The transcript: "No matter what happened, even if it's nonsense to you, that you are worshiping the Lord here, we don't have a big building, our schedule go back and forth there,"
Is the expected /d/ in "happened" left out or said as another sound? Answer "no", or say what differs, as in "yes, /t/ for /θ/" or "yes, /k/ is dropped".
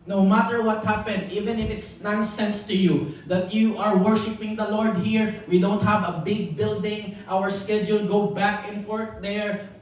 no